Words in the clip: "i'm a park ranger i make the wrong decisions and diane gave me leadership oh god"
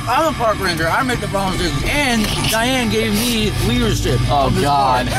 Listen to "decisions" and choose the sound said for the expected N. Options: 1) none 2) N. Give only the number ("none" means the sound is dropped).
1